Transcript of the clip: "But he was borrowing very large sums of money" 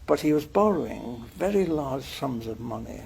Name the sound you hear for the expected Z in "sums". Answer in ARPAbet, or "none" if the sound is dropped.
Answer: Z